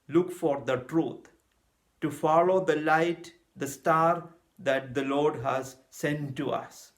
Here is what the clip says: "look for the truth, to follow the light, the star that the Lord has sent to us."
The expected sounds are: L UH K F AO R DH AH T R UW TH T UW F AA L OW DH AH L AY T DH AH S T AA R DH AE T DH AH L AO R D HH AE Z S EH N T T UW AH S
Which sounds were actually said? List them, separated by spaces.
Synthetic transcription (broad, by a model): L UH K F AO R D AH T R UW T T UW F AA L OW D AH L AY T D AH S T AA R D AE T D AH L AO R D HH AE Z S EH N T T UW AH S